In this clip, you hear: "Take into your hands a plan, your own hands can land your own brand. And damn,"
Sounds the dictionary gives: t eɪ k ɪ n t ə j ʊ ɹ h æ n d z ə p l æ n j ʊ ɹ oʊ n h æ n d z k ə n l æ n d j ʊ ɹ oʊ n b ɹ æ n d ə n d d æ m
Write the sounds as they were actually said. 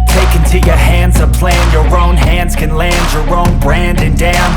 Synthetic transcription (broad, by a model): t eɪ k ɪ n t ə j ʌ ɹ h æ n d z ə p l æ n j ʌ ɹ oʊ n h æ n d z k ə n l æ n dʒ j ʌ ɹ oʊ n b ɹ æ n d ə n d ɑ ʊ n